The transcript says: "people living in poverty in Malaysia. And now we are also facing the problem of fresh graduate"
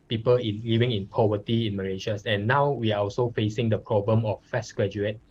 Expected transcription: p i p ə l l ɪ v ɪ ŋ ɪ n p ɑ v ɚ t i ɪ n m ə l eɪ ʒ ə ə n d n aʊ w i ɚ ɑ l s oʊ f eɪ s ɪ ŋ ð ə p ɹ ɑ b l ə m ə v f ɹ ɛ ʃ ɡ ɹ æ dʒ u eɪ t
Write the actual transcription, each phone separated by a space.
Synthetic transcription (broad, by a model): p i p ə l l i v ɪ ŋ ɪ n p ɑ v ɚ t i ɪ n m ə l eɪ ʃ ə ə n n aʊ w i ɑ ɑ l s oʊ f eɪ s ɪ ŋ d ə p ɹ ɑ b l ə m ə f ɛ s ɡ ɹ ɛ dʒ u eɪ t